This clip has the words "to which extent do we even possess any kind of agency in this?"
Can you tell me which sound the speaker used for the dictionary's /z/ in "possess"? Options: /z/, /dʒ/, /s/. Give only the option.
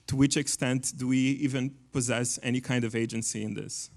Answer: /z/